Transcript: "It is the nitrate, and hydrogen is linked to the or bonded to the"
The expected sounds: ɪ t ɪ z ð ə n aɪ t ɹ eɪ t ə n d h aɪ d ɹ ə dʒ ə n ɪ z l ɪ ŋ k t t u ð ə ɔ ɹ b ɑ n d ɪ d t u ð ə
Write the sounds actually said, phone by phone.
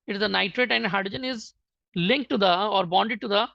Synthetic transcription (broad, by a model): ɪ t ɪ z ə n aɪ t ɹ eɪ t ə n d h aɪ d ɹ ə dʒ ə n ɪ z l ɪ ŋ k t t u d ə ɔ ɹ b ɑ n d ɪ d t u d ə